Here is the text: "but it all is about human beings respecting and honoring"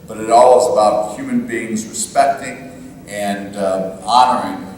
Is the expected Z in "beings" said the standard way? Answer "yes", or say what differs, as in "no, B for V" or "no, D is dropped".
yes